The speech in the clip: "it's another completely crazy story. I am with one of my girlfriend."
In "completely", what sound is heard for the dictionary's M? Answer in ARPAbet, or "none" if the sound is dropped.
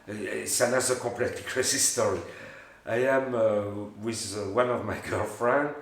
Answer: none